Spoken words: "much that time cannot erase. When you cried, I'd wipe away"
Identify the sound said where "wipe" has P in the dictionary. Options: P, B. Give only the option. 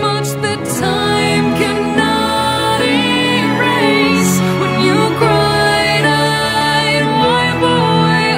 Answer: B